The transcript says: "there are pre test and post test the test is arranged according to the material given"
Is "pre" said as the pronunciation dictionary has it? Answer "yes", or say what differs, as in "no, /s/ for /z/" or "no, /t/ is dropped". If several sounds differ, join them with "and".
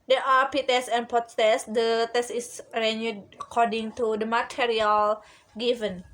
no, /ɹ/ is dropped